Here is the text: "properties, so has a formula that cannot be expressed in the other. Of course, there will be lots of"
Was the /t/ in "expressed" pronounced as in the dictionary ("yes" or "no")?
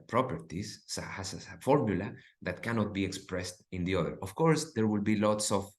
yes